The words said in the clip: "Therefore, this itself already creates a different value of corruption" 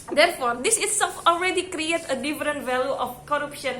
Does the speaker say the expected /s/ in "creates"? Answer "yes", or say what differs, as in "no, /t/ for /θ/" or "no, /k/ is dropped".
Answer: no, /s/ is dropped